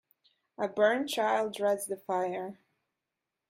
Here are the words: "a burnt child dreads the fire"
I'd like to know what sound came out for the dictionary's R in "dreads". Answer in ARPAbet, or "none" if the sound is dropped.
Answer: R